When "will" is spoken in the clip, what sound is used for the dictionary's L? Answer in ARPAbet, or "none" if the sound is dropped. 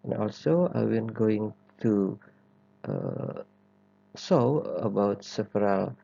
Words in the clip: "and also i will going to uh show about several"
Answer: N